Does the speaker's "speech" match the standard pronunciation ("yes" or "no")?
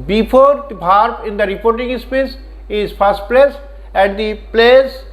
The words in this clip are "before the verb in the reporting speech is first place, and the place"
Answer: no